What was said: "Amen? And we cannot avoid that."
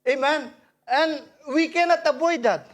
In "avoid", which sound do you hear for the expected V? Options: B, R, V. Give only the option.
B